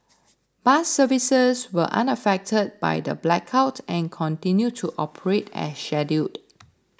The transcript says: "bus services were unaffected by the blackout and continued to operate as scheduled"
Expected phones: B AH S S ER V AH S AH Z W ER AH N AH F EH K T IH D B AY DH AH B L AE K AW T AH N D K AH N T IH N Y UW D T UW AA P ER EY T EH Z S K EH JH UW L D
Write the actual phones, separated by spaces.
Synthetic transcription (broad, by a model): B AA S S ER V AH S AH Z W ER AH N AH F EH K T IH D B AY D AH B L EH K AW T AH N K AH N T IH N Y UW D T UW AA P ER EY T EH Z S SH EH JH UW D